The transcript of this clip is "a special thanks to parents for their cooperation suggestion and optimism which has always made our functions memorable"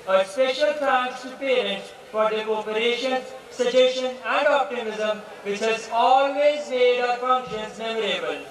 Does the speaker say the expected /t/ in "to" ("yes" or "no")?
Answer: no